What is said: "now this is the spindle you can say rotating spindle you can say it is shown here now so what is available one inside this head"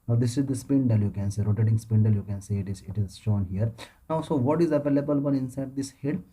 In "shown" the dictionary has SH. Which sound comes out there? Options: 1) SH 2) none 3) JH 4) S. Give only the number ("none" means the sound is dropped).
1